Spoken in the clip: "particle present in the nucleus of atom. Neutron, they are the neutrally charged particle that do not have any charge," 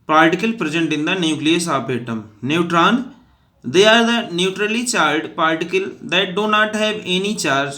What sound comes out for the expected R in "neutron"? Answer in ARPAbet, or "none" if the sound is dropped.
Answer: R